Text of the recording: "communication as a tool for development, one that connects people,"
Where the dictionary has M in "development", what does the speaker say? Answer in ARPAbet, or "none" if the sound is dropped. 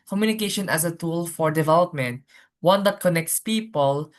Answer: M